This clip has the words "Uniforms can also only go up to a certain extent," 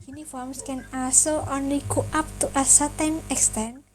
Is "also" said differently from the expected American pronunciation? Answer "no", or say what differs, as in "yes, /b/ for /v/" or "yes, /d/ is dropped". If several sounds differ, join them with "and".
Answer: yes, /l/ is dropped